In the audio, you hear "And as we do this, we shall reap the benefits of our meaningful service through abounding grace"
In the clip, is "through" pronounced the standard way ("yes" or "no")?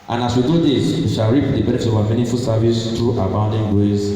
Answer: no